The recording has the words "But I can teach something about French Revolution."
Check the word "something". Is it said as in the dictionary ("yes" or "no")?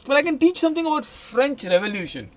no